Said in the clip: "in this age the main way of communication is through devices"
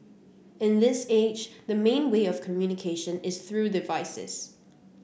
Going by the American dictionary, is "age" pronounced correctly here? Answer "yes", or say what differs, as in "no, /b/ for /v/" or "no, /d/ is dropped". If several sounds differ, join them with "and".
yes